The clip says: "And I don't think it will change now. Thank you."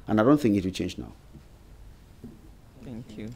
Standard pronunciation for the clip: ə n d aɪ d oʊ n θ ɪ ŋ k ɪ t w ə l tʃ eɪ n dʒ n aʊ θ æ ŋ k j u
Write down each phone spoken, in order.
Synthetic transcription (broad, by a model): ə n aɪ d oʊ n θ ɪ ŋ k ɪ t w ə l tʃ eɪ n dʒ n aʊ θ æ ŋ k j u